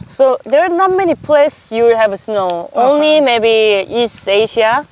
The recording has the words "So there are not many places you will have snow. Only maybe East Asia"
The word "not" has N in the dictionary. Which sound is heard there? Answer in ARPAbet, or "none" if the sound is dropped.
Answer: N